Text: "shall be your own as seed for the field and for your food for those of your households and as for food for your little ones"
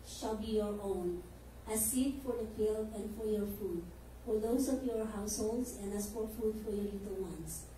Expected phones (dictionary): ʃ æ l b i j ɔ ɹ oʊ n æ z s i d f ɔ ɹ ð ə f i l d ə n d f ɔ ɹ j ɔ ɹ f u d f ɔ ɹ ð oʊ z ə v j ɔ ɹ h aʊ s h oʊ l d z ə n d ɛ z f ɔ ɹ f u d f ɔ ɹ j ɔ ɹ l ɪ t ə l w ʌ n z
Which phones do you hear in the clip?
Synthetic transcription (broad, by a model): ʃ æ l b i j ɔ ɹ oʊ n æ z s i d f ɔ ɹ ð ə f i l ə n d f ɔ ɹ j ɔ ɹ f u d f ɔ ɹ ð oʊ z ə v j ɔ ɹ h aʊ s h oʊ l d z ə n d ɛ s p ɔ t f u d f ɔ ɹ j ɔ ɹ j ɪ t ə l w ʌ n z